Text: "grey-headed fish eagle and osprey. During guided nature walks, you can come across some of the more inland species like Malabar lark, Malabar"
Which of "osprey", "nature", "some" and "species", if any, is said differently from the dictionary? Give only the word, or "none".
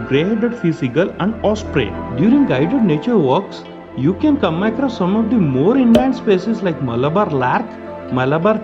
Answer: species